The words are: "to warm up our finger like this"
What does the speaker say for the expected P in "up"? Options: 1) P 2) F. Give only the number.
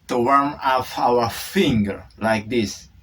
2